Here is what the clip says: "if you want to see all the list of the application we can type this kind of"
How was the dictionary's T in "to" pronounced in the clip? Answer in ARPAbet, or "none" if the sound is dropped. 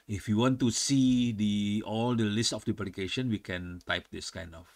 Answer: S